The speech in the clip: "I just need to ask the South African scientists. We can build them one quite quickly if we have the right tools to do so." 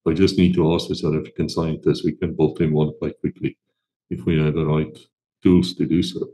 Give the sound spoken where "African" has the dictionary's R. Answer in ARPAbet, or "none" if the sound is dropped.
none